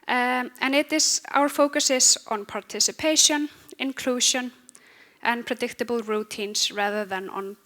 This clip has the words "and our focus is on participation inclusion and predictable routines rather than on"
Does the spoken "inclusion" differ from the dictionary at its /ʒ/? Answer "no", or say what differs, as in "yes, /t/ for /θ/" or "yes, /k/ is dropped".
yes, /ʃ/ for /ʒ/